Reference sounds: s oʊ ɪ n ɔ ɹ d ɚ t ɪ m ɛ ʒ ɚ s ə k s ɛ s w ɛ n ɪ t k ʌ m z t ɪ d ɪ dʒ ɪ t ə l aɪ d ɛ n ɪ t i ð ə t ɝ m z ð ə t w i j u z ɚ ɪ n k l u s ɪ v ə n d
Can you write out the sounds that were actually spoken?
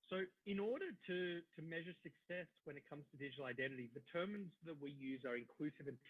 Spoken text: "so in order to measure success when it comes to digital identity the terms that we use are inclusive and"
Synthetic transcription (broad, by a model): s oʊ ɪ n ɔ ɹ d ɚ t ɪ m ɛ ʒ ɚ s ə k s ɛ s w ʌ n ɪ t k ʌ m z t ɪ d ɪ dʒ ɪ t l aɪ d ɛ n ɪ t i ð ə t ɝ m z ð ə t w i j u z ɚ ɪ n k l u s ɪ v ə n